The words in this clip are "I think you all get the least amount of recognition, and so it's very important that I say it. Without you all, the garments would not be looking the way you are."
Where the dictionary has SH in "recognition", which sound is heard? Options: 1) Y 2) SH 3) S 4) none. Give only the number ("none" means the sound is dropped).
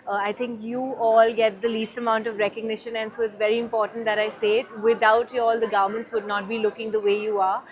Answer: 2